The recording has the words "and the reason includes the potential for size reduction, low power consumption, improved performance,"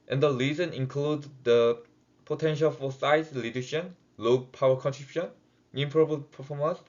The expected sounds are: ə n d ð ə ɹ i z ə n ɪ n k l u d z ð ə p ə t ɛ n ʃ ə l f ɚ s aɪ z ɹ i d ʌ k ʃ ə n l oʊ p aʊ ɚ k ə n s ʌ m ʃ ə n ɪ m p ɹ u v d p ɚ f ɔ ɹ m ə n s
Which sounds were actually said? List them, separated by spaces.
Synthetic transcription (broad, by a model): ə n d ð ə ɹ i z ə n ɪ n k l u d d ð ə p ə t ɛ n ʃ ə l f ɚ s aɪ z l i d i ʃ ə n l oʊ p aʊ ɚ k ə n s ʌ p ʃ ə n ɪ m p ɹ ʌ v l p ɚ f ɔ m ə n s